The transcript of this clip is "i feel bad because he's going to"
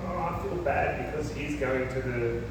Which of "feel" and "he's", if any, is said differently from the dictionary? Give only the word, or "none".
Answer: none